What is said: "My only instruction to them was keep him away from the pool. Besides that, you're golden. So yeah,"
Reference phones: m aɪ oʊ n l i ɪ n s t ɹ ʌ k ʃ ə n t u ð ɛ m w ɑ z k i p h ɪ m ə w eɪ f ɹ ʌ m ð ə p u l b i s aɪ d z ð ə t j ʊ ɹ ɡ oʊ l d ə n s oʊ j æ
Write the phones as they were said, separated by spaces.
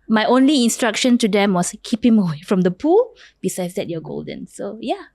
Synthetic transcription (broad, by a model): m aɪ oʊ n l i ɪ n s t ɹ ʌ k ʃ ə n t u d ɛ m w ɑ s k i p h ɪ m ə w eɪ f ɹ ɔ m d ə p u l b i s aɪ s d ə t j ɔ ɡ oʊ l d ə n s oʊ j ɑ